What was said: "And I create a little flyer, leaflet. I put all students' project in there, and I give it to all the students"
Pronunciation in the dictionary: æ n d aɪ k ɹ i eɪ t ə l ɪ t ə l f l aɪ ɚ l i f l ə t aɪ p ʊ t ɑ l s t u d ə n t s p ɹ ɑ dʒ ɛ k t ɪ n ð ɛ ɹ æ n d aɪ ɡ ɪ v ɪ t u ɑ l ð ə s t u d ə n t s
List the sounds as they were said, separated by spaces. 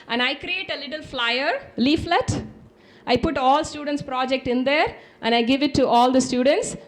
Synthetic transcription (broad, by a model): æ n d aɪ k ɹ i eɪ t ə l ɪ t ə l f l aɪ ɚ l i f l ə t aɪ p ʊ t ɑ l s t u d ə n t s p ɹ ɑ dʒ ɛ k t ɪ n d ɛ ɹ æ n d aɪ ɡ ɪ v ɪ t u ɑ l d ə s t u d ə n t s